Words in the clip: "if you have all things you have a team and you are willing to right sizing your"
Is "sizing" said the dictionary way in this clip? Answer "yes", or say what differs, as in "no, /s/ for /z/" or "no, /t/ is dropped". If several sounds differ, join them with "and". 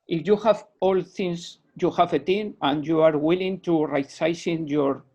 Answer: no, /s/ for /z/